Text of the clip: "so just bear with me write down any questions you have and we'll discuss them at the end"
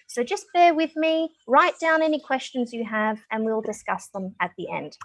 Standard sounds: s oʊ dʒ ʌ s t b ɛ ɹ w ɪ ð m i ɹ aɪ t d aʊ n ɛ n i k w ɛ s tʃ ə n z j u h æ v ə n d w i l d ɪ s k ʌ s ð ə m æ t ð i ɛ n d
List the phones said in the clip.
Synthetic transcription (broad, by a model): s oʊ dʒ ʌ s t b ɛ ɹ w ɪ ð m i ɹ aɪ t d aʊ n ɛ n i k w ɛ s tʃ ə n z j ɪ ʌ v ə n w i l d ɪ s k ʌ s ð ə m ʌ t ð i ɛ n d